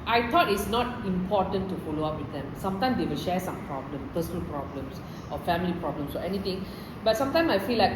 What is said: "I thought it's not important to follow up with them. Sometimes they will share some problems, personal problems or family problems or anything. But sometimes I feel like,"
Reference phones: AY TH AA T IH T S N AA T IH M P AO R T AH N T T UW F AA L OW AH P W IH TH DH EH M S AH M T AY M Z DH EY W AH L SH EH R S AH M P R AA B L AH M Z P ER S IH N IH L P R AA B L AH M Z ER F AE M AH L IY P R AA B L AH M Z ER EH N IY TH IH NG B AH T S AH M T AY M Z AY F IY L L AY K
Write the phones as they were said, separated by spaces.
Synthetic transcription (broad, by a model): AY T AA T IH T S N AA T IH M P AO T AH N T T UW F AA L OW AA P W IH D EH M S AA M T AY M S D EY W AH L SH EH S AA M P R AA B L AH M P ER S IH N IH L P R AA B L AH M S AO F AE M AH L IY P R AA B L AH M S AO EH N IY T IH NG B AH T S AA M T AY M S AY F IY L L AY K